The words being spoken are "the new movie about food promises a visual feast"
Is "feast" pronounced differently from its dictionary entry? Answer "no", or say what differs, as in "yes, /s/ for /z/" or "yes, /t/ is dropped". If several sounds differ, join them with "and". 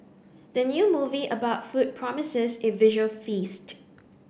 no